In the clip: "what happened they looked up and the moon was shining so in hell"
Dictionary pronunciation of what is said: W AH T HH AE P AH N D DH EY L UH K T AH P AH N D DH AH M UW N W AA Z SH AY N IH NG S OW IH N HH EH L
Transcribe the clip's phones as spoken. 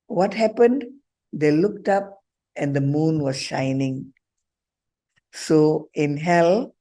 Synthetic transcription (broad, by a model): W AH T HH AE P AH N D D EY L UH K T AH P AH N D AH M UW N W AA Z SH AY N IH NG S OW IH N HH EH L